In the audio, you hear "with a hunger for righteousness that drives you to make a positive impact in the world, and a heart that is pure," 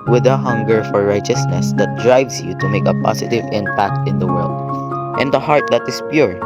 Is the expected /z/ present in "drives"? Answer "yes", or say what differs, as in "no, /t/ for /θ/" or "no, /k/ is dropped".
no, /s/ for /z/